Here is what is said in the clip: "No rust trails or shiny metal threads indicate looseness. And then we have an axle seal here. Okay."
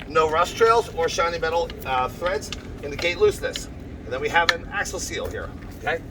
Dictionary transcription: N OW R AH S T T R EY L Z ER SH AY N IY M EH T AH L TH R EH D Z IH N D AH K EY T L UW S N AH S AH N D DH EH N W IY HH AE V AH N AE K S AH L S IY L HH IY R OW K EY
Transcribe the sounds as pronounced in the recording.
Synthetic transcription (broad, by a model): N OW R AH S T T R EY L Z ER SH AY N IY M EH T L TH R EH D Z IH N D AH K EY T L UW S N AH S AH N DH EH N W IY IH V AH N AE K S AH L S IY L HH IY R OW K EY